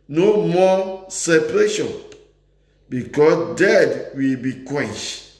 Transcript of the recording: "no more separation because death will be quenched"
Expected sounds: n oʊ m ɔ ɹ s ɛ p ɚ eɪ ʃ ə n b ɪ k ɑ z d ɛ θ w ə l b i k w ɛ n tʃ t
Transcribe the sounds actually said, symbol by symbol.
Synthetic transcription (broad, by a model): n oʊ m ɔ s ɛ p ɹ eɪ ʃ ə n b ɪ k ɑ s d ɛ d w ə l b i k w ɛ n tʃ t